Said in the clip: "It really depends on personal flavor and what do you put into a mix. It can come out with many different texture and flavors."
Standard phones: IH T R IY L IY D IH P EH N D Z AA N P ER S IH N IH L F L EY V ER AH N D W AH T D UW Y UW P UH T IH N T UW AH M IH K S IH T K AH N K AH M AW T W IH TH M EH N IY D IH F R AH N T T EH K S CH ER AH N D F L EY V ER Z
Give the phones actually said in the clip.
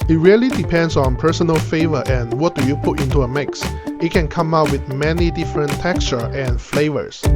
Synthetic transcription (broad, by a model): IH T R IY L IY D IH P EH N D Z AA N P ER S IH N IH L F EY V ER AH N W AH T D UW Y UW P UH T IH N T UW AH M IH K S IH T K AH N K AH M AW T W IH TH M EH N IY D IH F R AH N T T EH K S CH ER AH N F L EY V ER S